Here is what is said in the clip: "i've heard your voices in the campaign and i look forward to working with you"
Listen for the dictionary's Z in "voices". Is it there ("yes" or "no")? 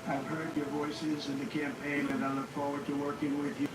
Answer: yes